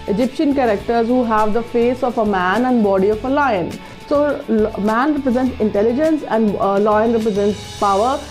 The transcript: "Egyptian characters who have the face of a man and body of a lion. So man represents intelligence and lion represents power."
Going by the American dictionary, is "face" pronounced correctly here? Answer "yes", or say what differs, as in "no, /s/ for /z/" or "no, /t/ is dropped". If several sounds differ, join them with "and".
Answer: yes